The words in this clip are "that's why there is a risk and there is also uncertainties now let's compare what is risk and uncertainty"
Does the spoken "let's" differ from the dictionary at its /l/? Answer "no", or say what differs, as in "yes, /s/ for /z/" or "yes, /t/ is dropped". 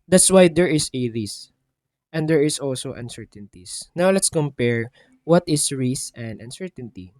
no